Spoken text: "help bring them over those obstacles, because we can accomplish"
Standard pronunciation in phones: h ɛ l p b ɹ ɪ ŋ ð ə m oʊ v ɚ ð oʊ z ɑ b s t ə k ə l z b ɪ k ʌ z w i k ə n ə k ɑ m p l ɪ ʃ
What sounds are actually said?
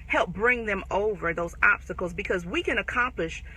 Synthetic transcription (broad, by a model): h ɛ l p b ɹ ɪ ŋ ð ə m oʊ v ɚ ð oʊ z ɑ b s t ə k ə l z b ɪ k ʌ z w i k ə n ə k ɑ m p l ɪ ʃ